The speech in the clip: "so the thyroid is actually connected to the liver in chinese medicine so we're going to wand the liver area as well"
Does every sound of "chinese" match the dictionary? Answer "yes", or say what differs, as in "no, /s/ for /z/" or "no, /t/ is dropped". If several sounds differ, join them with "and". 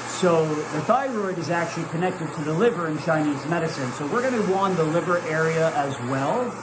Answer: yes